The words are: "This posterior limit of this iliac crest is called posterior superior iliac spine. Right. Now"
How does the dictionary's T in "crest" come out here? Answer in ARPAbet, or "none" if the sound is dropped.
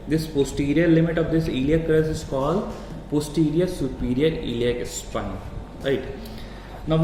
none